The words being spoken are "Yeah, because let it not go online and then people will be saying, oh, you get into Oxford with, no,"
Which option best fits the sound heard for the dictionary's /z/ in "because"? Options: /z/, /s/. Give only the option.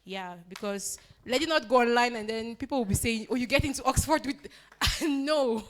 /s/